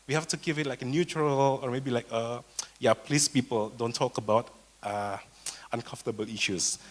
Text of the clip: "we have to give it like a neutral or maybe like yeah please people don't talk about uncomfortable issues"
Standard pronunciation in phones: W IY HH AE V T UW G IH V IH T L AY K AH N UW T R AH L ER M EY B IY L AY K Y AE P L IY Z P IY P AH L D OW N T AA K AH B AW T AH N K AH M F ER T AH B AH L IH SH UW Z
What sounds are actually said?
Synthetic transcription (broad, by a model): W IY HH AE F T UW G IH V IH T L AY K AH N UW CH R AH L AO M EY B IY L AY K Y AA P L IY S P IY P AH L D OW N T AA K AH B AW T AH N K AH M F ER T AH B AH L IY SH UW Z